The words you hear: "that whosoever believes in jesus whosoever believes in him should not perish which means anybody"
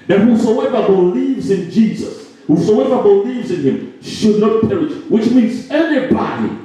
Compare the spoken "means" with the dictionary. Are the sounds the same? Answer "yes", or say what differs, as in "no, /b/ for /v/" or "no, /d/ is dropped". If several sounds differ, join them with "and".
yes